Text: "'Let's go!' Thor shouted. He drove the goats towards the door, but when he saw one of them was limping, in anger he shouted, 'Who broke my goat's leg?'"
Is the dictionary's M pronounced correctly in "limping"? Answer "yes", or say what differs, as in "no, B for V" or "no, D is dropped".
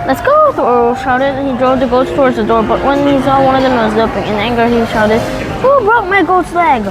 no, M is dropped